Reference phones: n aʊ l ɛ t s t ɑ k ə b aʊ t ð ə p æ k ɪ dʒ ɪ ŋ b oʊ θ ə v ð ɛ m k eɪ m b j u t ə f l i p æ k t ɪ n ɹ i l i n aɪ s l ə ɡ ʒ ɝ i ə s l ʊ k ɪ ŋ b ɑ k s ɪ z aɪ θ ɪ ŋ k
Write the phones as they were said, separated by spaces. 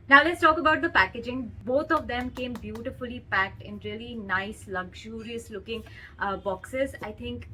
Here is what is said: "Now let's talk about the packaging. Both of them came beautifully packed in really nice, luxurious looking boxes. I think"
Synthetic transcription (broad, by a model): n aʊ l ɛ t s t ɑ k ə b aʊ t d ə p æ k ɪ dʒ ɪ ŋ b oʊ t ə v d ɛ m k eɪ m b j u t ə f l i p æ k t ɪ n ɹ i l i n aɪ s l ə ɡ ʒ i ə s l ʊ k ɪ ŋ b ɑ k s ɪ z aɪ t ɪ ŋ k